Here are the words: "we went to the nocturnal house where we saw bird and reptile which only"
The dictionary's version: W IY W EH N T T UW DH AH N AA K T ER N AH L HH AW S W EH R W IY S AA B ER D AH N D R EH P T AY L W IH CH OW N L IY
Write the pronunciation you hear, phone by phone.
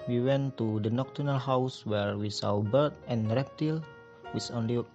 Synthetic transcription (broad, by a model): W IY W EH N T T UW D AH N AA K T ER N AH L HH AW S W EH R W IY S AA B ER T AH N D R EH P T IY L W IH S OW N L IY